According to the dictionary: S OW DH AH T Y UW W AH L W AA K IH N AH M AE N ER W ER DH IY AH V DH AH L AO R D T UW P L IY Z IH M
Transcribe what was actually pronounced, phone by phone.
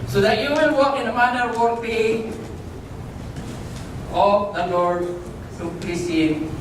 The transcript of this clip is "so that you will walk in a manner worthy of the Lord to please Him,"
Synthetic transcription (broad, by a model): S OW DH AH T Y UW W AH N W AA K IH N AH M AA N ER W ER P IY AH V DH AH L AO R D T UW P IY S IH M